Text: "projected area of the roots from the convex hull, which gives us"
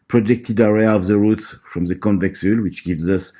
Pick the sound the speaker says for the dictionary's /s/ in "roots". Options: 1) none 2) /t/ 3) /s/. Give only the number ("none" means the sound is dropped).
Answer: 3